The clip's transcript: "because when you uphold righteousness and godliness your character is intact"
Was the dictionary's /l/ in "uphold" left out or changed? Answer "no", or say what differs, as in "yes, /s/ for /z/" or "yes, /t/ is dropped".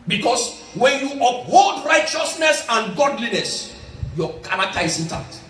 no